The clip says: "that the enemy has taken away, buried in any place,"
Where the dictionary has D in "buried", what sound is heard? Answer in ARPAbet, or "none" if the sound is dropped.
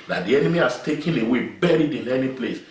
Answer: D